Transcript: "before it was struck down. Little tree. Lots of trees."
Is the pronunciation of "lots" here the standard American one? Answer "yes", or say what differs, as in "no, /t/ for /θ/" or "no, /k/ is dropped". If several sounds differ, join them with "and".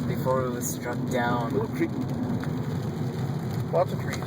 no, /w/ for /l/ and /s/ is dropped